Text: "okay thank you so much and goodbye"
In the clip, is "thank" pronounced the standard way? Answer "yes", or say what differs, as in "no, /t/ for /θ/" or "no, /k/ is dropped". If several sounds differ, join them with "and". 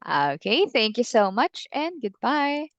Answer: yes